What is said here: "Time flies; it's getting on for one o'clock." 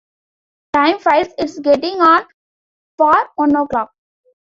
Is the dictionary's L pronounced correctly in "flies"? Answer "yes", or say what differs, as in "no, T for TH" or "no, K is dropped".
no, L is dropped